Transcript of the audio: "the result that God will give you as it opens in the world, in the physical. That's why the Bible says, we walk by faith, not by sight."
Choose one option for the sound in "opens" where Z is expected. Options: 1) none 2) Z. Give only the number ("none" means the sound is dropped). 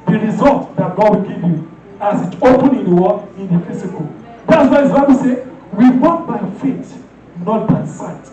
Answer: 1